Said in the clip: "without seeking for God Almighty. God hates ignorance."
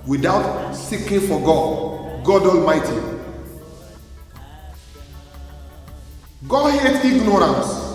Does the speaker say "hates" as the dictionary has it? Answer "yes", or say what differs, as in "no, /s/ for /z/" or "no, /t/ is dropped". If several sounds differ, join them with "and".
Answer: no, /s/ is dropped